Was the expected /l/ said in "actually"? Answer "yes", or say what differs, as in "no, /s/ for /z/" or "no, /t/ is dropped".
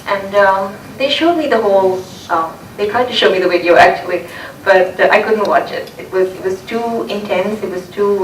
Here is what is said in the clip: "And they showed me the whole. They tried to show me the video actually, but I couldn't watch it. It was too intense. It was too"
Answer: yes